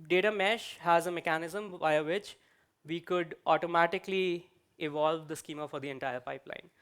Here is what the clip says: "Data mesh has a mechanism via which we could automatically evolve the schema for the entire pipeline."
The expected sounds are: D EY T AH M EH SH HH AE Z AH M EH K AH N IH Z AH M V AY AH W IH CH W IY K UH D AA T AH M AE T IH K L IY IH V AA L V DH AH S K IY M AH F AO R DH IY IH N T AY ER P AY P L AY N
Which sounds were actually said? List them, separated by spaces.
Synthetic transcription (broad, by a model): D EY T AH M EH SH HH AE Z AH M EH K AH N IH Z AH M V AY AH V IH CH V IY K UH D AA T AH M AE T IH K L IY IH V AA L V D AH S K IY M AH F AO R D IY IH N T AY ER P AY P L AY N